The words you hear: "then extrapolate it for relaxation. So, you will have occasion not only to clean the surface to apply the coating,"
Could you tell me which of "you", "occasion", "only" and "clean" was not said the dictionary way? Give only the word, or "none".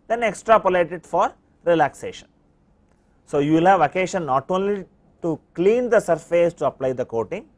occasion